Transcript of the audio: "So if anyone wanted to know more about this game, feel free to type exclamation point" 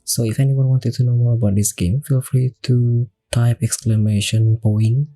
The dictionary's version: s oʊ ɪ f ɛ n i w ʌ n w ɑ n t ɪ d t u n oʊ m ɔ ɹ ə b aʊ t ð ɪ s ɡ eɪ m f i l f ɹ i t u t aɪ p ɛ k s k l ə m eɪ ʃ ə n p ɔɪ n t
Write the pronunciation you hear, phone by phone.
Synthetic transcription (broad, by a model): s oʊ ɪ f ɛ n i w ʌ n w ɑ n t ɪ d t u n oʊ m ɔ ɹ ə b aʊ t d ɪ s ɡ eɪ m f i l f ɹ i t u t aɪ p ɛ k s k l ə m eɪ ʃ ə n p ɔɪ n